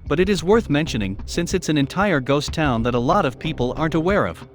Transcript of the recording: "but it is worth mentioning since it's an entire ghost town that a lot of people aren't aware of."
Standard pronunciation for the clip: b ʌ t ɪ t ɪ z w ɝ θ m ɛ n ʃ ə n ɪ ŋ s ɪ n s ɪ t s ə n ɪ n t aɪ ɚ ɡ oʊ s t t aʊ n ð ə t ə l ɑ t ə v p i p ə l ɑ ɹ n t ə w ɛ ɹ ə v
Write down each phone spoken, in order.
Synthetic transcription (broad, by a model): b ʌ t ɪ t ɪ z w ɝ θ m ɛ n ʃ ə n ɪ ŋ s ɪ n s ɪ t s ə n ɪ n t aɪ ɚ ɡ oʊ s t t aʊ n ð ə t ə l ɑ t ə v p i p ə l ɑ ɹ n t ə w ɛ ɹ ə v